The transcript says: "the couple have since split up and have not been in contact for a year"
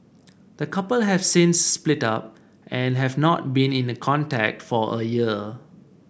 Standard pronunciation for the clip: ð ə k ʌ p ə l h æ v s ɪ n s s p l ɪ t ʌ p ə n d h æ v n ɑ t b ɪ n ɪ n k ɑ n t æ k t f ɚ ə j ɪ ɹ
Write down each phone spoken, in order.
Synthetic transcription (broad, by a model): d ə k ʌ p ə l h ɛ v s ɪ n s s p l ɪ t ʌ p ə n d h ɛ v n ɑ t b ɪ n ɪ n k ɑ n t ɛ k t f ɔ ə j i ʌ